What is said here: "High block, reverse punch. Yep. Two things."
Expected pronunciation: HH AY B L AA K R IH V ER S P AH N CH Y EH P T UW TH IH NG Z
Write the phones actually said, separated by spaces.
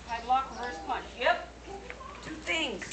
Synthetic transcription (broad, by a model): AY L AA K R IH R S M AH CH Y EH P T UW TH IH NG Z